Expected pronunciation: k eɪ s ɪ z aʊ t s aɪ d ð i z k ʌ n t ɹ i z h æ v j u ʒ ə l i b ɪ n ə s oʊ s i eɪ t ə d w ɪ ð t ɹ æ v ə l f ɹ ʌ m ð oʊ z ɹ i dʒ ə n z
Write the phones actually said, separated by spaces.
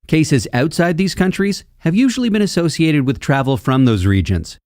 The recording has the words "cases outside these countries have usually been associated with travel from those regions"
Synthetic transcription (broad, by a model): k eɪ s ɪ z aʊ t s aɪ d ð i z k ʌ n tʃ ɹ i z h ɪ v j u ʒ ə l i b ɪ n ə s oʊ s i eɪ t ə d w ɪ ð t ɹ æ v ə l f ɹ ʌ m ð oʊ z ɹ i dʒ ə n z